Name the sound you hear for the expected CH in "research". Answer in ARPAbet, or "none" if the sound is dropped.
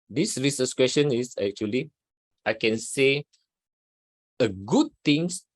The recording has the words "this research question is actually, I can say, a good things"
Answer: S